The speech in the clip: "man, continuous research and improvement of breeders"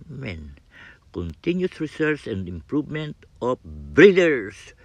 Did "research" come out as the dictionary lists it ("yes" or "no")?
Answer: no